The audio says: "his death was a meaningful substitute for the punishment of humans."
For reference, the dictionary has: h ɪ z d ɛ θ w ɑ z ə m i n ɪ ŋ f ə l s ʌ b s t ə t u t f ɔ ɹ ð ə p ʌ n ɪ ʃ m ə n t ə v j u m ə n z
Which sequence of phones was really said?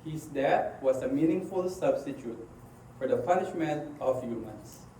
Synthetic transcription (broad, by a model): h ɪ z d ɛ t w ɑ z ə m i n ɪ ŋ f ə l s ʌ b s t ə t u t f ɔ ɹ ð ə p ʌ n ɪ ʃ m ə n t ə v j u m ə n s